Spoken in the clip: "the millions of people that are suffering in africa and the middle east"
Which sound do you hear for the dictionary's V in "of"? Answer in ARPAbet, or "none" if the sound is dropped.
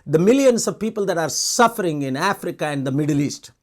V